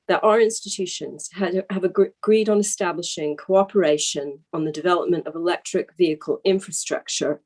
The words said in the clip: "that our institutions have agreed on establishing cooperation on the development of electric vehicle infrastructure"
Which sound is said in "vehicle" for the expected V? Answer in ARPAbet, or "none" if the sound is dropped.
V